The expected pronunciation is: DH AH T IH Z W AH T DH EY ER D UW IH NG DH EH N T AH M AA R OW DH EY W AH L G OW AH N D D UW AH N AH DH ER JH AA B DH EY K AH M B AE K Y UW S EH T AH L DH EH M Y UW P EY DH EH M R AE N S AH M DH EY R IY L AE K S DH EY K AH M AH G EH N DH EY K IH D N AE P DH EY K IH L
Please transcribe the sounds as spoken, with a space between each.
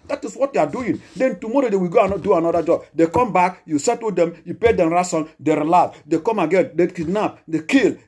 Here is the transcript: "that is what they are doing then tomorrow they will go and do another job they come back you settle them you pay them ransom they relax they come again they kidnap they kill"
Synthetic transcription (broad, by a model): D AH T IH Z W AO T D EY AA D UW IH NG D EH N T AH M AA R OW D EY W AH G OW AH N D D UW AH N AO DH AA JH AA B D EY K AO M B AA K Y UW S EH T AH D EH M Y UW P EY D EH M R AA S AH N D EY R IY L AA S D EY K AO M AH G EH N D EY K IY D N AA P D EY K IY L